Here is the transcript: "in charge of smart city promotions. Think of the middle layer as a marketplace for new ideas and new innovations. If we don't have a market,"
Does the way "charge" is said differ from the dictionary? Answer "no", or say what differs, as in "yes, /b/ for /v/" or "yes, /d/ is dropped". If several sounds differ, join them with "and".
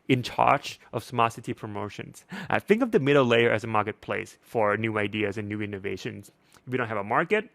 yes, /tʃ/ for /dʒ/